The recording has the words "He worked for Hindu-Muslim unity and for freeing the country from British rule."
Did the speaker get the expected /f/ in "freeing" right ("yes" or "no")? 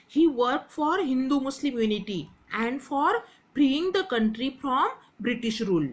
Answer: no